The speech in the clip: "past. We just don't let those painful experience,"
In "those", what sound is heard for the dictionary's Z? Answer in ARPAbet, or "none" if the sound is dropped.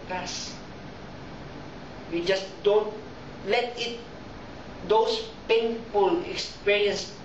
S